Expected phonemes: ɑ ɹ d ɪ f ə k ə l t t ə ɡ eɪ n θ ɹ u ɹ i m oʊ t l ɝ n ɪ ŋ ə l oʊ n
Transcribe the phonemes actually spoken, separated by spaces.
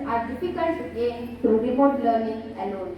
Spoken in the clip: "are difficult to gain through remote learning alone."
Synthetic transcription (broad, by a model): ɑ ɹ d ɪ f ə k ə l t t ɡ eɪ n s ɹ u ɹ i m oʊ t l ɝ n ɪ ŋ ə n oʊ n